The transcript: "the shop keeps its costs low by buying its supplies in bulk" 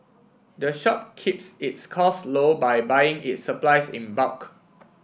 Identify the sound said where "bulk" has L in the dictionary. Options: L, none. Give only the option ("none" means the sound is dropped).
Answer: none